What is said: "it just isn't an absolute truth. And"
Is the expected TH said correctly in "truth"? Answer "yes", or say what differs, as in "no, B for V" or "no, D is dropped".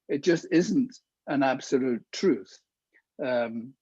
yes